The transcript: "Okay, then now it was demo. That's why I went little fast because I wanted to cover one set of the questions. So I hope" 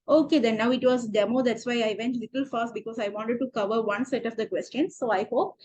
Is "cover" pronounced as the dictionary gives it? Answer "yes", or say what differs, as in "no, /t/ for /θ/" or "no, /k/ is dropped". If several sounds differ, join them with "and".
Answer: yes